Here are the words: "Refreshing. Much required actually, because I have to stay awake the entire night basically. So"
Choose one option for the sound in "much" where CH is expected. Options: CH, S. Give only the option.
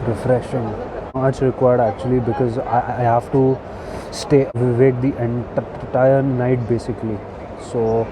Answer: S